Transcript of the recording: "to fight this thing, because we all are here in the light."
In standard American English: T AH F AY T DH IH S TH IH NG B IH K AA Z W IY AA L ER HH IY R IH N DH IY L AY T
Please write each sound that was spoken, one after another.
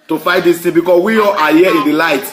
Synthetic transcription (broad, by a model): T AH F AY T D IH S T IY B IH K AA S W IY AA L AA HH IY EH IH N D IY L AY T